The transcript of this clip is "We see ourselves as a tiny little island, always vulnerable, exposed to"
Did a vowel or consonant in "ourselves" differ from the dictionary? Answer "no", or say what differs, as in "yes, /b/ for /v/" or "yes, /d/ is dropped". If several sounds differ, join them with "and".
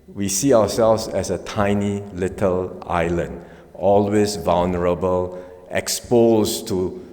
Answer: yes, /w/ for /ɹ/